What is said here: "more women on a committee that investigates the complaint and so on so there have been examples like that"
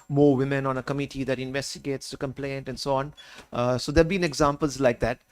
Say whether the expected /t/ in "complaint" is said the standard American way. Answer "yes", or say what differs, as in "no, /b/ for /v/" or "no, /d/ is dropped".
yes